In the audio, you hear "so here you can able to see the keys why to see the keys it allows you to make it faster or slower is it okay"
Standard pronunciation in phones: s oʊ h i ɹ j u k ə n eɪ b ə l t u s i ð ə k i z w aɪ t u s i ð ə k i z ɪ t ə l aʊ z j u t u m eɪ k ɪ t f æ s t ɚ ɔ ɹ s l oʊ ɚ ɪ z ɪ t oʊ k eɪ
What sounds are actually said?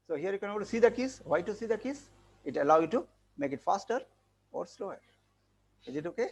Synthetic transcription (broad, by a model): s oʊ h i ɹ j u k ə n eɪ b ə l t u s i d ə k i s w aɪ t u s i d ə k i s ɪ t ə l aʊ j u t u m eɪ k ɪ t f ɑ s t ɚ ɔ ɹ s l oʊ ɚ ɪ z ɪ t oʊ k eɪ